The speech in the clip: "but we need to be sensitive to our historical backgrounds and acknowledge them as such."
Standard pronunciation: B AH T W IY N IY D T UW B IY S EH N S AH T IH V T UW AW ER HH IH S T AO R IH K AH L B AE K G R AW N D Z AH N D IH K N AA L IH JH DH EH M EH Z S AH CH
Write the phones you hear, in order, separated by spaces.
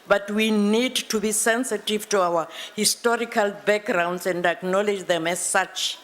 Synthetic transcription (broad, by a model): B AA T W IY N IY D T UW B IY S EH N S AH T IH V T UW AW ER HH IH S T AO R IH K AH L B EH K G R AW N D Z AH N D IH K N AA L IH JH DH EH M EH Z S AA CH